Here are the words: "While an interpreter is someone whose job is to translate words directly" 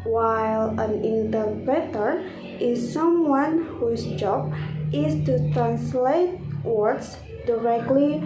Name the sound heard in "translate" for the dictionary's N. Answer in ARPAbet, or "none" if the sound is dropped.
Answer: N